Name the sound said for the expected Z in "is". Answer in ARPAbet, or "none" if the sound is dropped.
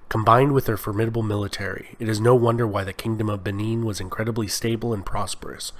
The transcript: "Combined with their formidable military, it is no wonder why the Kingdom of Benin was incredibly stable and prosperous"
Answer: Z